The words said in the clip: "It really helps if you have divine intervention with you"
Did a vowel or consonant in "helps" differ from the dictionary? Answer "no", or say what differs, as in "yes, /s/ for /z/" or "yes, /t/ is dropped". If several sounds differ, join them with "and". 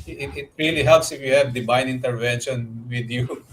no